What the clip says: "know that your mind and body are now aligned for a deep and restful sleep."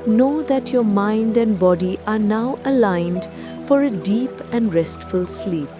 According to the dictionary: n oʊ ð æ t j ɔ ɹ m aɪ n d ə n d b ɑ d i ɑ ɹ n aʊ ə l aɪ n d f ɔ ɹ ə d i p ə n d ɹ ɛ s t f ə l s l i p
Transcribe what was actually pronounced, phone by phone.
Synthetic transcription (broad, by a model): n oʊ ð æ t j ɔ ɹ m aɪ n d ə n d b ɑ d i ɑ ɹ n aʊ ə l aɪ n d f ɔ ɹ ə d i p ə n d ɹ ɛ s t f ə l s l i p